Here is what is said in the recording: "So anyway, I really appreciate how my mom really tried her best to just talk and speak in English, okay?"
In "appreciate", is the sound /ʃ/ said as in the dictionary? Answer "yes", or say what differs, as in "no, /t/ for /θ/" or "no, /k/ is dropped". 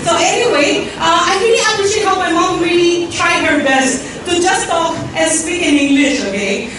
no, /s/ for /ʃ/